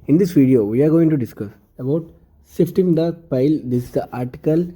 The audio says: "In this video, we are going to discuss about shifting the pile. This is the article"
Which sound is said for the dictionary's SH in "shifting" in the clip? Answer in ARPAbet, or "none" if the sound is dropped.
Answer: S